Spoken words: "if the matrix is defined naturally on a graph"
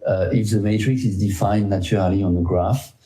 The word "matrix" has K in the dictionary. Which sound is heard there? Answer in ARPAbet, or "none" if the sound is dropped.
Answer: K